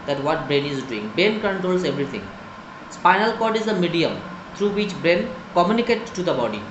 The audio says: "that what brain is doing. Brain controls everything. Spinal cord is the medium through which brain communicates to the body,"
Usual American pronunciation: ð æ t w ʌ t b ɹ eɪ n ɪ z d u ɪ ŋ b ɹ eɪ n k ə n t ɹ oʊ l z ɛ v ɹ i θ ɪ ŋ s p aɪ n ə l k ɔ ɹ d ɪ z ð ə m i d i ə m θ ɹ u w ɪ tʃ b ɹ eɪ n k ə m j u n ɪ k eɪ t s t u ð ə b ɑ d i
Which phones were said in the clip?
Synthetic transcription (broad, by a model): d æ t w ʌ t b ɹ eɪ n ɪ z d u ɪ ŋ b eɪ n k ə n t ɹ oʊ l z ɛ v ɹ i t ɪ ŋ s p aɪ n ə l k ɔ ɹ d ɪ z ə m i d i ə m t ɹ u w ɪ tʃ b ɹ eɪ n k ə m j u n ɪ k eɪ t t u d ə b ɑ d i